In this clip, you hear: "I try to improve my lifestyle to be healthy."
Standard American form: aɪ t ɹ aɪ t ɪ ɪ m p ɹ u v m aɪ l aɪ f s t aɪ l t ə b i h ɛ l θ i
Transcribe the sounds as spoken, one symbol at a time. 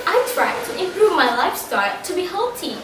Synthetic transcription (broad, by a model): aɪ t ɹ aɪ t ɪ ɪ m p ɹ u v m aɪ l aɪ f s t aɪ l t ə b i h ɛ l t i